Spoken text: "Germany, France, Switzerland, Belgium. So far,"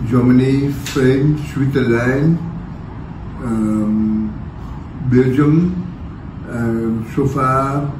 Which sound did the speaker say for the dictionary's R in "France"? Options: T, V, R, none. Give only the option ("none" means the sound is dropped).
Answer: none